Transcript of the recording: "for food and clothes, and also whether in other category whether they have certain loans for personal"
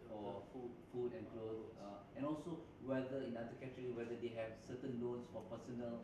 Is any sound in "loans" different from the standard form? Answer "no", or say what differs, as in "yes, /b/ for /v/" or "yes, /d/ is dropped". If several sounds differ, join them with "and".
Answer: yes, /s/ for /z/